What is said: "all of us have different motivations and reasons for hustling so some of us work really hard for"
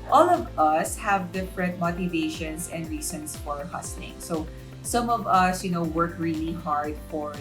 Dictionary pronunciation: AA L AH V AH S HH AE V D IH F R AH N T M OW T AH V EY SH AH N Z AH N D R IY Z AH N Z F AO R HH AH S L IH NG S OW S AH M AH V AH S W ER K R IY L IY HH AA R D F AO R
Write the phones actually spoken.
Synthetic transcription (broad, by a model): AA L AH V AH S HH AE V D IH F R AH N T M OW T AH V EY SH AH N S AH N D R IY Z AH N S F AO R HH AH S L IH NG S OW S AH M AH V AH S W ER K R IY L IY HH AA R D F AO R